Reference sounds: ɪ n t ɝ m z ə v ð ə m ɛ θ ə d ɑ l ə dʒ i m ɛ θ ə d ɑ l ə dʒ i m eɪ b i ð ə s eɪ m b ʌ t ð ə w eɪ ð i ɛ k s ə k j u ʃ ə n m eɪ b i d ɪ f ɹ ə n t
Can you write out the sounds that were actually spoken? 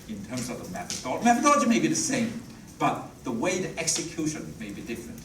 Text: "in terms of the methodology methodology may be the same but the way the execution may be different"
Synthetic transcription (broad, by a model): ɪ n t ɝ m z ə v ð ə m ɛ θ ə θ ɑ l m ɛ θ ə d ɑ l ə dʒ i m eɪ b i ð ə s eɪ m b ʌ t ð ə w eɪ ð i ɛ k s ə k j u ʃ ə n m eɪ b i d ɪ f ɹ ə n t